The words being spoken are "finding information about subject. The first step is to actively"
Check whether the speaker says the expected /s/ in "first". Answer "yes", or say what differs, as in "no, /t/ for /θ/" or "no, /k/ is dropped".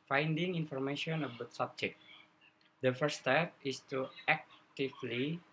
no, /s/ is dropped